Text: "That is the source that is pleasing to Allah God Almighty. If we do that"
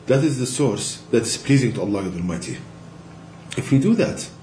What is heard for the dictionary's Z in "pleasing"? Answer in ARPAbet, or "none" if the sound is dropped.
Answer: Z